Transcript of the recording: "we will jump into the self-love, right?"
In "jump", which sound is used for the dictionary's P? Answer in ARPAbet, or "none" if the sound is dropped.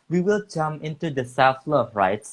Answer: none